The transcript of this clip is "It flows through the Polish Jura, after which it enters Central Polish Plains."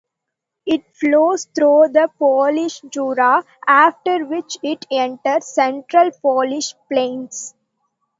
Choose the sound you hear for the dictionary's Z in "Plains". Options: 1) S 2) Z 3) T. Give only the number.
1